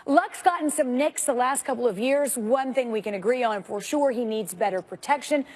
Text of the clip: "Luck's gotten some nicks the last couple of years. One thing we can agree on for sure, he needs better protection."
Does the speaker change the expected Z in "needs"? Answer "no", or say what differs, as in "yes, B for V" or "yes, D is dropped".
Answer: no